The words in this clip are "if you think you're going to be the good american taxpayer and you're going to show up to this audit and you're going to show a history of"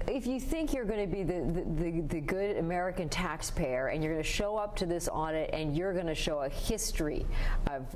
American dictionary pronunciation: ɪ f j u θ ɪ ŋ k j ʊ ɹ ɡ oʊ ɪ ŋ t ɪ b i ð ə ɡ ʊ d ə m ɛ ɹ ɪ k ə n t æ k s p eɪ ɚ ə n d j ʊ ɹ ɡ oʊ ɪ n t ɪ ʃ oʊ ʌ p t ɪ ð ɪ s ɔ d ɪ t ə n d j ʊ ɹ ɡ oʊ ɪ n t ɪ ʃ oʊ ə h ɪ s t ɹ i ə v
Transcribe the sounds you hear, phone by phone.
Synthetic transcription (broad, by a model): ɪ f j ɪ θ ɪ ŋ k j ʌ ɹ ɡ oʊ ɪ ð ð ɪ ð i ð ə ɡ ʊ d ə m ɛ ɹ ɪ k ə n t æ k s p eɪ ɚ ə n j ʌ ɹ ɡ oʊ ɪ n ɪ ʃ oʊ ʌ p t ɪ ð ɪ s ɔ d ɪ t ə n j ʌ ɹ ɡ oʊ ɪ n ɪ ʃ oʊ ə h ɪ s t ɹ i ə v